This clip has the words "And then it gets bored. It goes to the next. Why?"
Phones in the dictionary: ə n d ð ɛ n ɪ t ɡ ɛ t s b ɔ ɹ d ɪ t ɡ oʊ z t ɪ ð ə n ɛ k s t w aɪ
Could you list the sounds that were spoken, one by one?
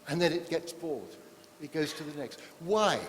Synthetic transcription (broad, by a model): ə n ð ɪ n ɪ t ɡ ɛ t s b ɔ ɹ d ɪ t ɡ oʊ z t ɪ ð ə n ɛ k s t w aɪ